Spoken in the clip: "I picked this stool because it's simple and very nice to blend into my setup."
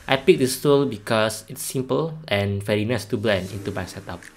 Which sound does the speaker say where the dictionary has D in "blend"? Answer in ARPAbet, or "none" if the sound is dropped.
none